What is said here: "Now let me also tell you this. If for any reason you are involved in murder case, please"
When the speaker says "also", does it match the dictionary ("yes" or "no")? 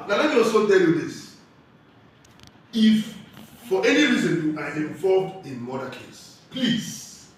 no